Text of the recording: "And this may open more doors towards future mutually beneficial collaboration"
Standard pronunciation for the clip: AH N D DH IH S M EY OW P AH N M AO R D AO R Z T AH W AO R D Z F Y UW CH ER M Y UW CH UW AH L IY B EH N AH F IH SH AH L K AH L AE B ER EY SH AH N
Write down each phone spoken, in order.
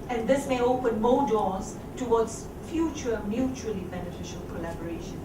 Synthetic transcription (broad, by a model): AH N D IH S M EY OW P AH N M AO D AO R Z T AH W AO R D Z F Y UW CH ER M Y UW CH UW AH L IY B EH N AH F IH SH AH L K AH L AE B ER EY SH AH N